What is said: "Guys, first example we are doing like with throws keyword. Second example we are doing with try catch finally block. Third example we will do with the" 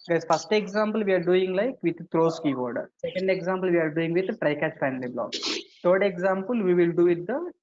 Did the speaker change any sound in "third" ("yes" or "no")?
yes